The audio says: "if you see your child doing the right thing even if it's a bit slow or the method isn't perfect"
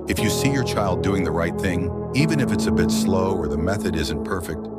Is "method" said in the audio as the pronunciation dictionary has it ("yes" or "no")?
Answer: yes